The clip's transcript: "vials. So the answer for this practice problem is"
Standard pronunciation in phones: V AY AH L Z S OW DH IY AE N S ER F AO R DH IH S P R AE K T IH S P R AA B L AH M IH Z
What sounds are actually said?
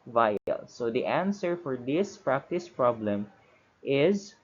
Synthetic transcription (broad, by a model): V AY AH L S OW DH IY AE N S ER F AO R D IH S P R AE K T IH S P R AA B L AH M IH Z